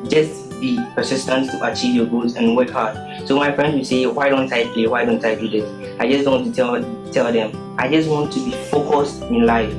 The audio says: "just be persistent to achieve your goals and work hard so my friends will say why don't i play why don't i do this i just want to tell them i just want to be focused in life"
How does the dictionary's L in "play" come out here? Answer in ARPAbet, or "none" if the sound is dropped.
none